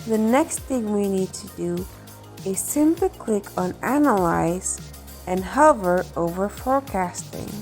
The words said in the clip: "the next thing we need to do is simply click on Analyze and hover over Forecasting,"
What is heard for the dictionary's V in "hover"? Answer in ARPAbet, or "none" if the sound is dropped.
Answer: V